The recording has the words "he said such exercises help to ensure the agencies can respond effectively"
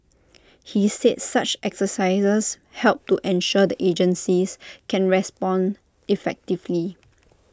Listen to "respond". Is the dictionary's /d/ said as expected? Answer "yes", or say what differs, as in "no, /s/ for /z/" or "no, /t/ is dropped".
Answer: yes